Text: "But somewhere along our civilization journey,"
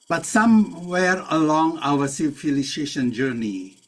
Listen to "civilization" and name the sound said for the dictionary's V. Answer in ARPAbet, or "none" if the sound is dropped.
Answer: F